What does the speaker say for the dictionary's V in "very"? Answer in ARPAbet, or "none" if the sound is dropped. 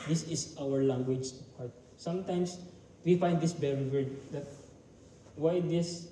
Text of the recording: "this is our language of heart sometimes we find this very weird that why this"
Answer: B